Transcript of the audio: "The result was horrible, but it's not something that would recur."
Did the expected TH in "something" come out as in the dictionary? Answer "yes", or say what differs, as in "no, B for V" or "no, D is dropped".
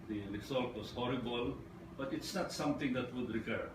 no, T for TH